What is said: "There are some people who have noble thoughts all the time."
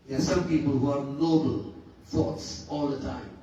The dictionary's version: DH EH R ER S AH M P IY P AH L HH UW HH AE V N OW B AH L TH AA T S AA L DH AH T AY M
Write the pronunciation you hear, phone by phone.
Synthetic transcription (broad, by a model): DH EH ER S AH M P IY P AH L HH UW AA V N OW B AH L F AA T S AA L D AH T AY M